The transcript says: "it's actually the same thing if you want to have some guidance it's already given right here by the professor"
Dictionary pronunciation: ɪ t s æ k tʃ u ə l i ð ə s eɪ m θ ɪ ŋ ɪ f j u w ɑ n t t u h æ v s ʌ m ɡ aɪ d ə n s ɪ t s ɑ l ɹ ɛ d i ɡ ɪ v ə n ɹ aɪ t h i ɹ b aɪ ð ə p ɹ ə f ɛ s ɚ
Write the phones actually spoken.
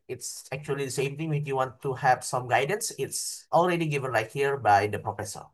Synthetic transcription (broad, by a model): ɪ t s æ k tʃ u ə l i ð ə s eɪ m t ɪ ŋ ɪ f j u w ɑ n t t u h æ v s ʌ m ɡ aɪ d ə n s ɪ t s ɑ l ɹ ɛ d i ɡ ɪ v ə n l aɪ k h i ɹ b aɪ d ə p ɹ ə f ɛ s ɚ